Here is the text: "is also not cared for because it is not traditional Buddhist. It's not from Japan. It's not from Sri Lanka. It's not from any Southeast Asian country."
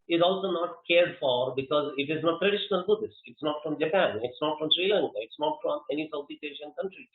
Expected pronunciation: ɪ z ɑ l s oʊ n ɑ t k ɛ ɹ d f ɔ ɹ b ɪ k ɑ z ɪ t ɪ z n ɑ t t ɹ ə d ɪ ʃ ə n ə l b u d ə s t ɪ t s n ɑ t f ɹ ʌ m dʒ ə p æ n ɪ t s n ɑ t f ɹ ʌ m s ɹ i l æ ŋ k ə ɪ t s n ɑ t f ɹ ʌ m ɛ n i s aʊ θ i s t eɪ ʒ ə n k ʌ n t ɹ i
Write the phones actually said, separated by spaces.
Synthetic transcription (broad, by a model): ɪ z ɑ l s oʊ n ɑ t k ɛ ɹ d f ɔ ɹ b ɪ k ɑ z ɪ t ɪ z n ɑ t t ɹ ə d ɪ ʃ ə n ə l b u d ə s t ɪ t s n ɑ t f ɹ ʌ m dʒ ə p æ n ɪ t s n ɑ t f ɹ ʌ m s ɹ i l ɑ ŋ k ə ɪ t s n ɑ t f ɹ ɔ m ɛ n i s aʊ t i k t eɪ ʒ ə n k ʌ n t ɹ i